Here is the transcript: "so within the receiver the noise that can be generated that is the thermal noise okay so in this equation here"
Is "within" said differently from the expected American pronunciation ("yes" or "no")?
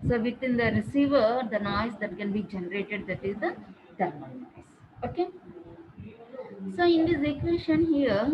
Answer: yes